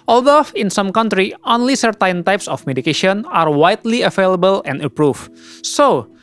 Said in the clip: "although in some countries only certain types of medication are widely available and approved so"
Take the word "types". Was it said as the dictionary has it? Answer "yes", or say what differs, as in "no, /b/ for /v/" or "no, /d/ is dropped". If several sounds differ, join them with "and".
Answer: yes